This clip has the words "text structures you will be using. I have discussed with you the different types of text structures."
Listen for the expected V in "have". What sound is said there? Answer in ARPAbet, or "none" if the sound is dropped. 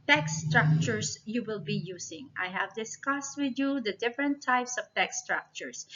V